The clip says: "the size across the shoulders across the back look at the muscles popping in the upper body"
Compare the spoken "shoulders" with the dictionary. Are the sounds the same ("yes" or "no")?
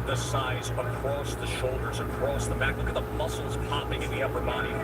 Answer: yes